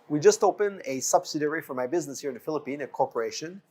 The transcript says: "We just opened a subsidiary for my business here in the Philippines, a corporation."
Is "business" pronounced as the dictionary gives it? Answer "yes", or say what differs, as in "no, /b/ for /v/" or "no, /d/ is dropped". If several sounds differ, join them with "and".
yes